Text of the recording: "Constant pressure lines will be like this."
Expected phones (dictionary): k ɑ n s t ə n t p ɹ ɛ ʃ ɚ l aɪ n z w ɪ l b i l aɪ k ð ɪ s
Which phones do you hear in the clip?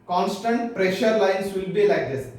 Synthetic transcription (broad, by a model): k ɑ n s t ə n t p ɹ ɛ ʃ ɚ l aɪ n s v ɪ l b i l aɪ k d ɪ s